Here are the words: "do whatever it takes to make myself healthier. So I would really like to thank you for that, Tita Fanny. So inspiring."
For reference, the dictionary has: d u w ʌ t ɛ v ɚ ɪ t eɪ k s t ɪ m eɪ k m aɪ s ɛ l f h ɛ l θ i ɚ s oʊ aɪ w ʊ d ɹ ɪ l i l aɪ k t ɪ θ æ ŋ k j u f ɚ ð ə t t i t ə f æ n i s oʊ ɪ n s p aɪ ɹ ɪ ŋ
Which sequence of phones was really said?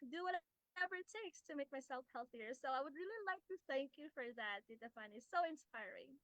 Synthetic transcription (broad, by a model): d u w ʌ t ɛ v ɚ t eɪ k s t ɪ m eɪ k m aɪ s ɛ l f h ɛ l θ i ɚ s oʊ aɪ w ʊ d ɹ ɪ l i l aɪ k t ɪ θ æ ŋ k j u f ɚ ð ə t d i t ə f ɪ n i s oʊ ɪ n s p aɪ ɹ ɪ ŋ